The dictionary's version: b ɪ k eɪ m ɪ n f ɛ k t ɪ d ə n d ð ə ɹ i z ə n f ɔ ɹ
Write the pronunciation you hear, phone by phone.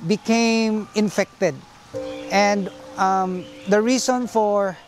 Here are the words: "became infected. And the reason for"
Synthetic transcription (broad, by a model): b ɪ k eɪ m ɪ n f ɛ k t ɪ d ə n d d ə ɹ i s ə n f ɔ ɹ